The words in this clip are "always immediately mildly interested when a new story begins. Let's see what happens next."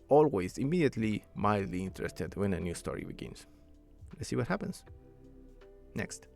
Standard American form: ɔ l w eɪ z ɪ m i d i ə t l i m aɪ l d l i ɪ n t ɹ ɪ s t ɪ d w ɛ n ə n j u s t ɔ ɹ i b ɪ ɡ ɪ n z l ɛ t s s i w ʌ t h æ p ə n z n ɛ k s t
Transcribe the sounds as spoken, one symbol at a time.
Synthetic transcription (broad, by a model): ɔ l w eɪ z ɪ m i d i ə t l i m aɪ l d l i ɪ n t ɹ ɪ s t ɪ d w ɛ n ə n j u s t ɔ ɹ i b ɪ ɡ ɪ n s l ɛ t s s i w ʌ t h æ p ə n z n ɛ k s t